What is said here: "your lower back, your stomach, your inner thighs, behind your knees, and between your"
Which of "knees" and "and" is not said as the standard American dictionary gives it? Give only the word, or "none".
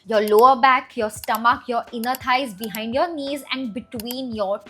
none